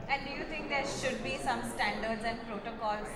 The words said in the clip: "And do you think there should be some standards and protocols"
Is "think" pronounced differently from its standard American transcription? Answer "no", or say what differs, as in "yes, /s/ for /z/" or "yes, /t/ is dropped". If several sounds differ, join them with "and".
yes, /t/ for /θ/